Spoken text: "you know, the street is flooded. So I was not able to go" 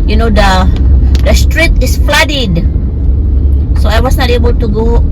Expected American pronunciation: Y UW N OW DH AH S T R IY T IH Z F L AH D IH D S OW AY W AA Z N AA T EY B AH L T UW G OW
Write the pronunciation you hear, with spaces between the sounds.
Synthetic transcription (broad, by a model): Y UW N OW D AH S T R IY T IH S F L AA D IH D S OW AY W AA S N AA T EY B AH L T UW G OW